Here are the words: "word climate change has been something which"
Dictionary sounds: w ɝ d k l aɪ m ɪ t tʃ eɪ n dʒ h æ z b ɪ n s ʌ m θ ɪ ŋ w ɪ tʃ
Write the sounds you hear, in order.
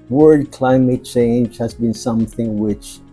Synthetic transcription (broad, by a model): w ɝ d k l aɪ m ɪ t tʃ eɪ n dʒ h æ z b ɪ n s ʌ m θ ɪ ŋ w ɪ tʃ